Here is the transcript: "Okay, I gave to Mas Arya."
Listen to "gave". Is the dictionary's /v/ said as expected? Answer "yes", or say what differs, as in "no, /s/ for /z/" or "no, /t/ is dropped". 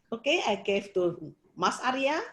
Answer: no, /f/ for /v/